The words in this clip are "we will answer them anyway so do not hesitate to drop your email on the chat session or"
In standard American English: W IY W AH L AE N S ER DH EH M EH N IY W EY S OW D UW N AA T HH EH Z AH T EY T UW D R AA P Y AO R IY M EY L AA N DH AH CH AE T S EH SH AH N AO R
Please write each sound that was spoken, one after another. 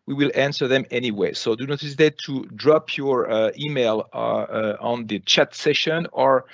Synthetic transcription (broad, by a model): W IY W AH L AE N S ER DH EH M EH N IY W EY S OW D UW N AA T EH S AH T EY T UW D R AA P Y AO R IY M EY L AA N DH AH CH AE T S EH SH AH N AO R